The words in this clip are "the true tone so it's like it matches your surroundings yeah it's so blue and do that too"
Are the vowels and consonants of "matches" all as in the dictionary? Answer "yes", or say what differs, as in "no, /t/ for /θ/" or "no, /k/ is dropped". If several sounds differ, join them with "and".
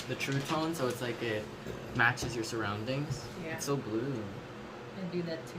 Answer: yes